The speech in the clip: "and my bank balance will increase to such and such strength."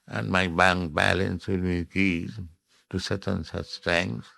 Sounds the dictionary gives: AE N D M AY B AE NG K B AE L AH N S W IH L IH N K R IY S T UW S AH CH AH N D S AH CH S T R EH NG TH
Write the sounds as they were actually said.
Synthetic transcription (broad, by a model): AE N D M AY B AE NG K B AE L AH N S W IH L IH K IY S T UW S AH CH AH N S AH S T R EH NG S